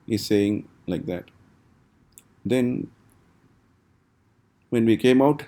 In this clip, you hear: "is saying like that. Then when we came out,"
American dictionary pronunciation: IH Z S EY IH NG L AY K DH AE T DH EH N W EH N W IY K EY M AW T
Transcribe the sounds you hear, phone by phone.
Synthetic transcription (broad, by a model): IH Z S EY IH NG L AY K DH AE T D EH N W EH N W IY K EY M AW T